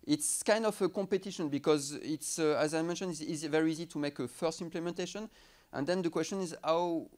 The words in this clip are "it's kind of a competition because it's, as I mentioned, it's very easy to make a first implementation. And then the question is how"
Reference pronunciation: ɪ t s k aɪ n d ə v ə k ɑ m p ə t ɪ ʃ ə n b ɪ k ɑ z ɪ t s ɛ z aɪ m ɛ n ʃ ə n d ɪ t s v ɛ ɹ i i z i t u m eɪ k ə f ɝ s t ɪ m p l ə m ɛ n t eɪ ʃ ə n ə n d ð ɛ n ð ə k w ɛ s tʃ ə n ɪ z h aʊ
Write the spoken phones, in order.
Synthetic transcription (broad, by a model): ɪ t s k aɪ n d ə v ə k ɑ m p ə t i ʃ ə n b ɪ k ɑ z ɪ t s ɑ z aɪ m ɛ n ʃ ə n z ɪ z v ɛ ɹ i i z i t u m eɪ k ə f ɝ s t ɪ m p l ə m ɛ n t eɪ ʃ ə n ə n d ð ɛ n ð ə k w ɛ s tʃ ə n ɪ z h aʊ